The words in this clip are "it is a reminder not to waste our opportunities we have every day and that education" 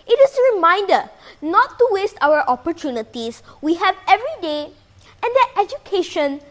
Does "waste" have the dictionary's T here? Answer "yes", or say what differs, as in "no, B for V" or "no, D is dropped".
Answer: yes